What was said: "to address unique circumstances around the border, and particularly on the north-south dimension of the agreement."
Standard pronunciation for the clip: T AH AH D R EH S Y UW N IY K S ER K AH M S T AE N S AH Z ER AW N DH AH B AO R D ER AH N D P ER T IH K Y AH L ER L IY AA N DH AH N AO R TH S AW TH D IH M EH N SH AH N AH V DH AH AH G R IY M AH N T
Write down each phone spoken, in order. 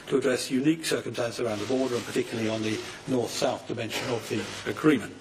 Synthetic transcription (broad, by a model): T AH AH D R EH S Y UW N IY K S ER K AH M S T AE N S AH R AW N DH AH B AO R D ER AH N P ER T IH K Y L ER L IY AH N DH AH N AO R TH S AW TH D IH M EH N SH AH N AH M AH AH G R IY M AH N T